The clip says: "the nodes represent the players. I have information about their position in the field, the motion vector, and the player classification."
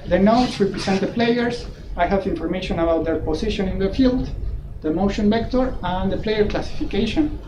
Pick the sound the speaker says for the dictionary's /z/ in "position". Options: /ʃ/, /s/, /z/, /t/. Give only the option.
/s/